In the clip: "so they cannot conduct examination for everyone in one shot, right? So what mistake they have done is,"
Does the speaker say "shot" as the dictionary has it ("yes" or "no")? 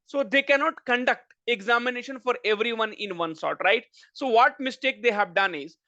no